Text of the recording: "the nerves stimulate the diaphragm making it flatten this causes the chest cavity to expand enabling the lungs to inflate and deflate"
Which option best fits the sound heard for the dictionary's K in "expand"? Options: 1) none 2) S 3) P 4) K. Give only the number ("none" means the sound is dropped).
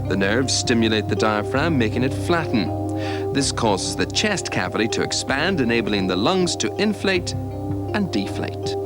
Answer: 4